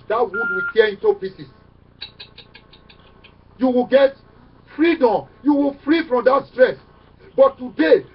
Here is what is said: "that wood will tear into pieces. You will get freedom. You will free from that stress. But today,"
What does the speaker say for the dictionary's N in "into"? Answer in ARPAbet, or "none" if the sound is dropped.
N